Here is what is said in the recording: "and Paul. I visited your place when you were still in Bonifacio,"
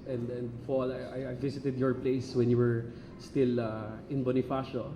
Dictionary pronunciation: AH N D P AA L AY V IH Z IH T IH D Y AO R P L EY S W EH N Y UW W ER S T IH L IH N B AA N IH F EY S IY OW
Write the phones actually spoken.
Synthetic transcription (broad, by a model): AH N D F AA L AY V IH S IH T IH D Y AO R P L EY S W EH N Y UW W ER S T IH L IH N B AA N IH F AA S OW